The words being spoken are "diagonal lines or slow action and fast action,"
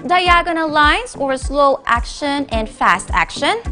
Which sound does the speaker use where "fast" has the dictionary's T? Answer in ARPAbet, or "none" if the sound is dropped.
T